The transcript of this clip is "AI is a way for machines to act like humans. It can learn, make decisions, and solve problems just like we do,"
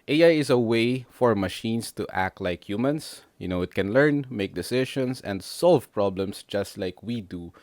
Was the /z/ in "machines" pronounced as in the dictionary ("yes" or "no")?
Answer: no